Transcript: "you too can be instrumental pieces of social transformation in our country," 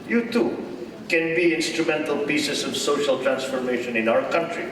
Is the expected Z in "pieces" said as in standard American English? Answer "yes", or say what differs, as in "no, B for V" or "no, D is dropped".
no, S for Z